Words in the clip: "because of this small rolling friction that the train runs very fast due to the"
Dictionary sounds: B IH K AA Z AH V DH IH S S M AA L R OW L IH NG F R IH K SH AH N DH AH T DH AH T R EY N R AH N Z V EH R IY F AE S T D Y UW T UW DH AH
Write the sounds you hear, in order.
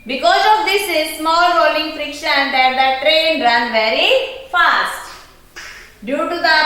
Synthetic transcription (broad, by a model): B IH K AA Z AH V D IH S S M AA L R OW L IH NG F R IH K SH AH N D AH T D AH T R EY N R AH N V EH R IY F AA S T D Y UW T UW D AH